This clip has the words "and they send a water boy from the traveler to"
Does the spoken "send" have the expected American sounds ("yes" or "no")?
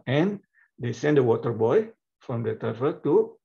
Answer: yes